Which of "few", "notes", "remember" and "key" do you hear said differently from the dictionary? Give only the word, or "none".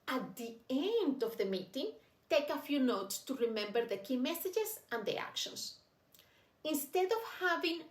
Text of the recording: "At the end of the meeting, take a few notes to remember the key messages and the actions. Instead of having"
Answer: none